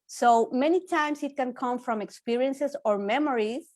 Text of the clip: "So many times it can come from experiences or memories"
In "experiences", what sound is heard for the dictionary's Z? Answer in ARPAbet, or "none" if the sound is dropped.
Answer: S